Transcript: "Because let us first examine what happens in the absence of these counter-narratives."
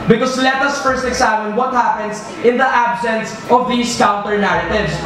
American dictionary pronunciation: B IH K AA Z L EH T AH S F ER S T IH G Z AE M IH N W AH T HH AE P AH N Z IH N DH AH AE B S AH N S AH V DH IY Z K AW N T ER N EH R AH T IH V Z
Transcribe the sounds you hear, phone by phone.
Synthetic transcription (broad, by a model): B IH K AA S L EH T AH S F ER S T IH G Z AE M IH N W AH T HH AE P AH N S IH N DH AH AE B S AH N S AH V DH IY S K AW N T ER N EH R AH T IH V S